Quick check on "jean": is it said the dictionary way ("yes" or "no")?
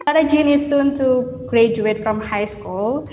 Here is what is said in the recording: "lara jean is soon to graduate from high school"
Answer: yes